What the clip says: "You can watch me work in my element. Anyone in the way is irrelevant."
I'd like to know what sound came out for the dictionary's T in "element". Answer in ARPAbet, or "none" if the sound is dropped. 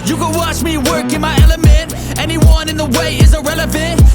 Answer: T